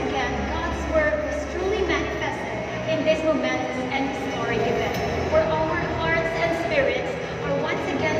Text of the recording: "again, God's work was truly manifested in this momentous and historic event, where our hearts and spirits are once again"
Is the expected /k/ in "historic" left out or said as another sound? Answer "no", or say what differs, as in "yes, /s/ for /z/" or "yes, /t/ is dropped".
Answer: yes, /k/ is dropped